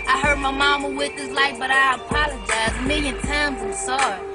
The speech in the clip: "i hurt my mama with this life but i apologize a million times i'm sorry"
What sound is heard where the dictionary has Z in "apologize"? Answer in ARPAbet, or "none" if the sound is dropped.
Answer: Z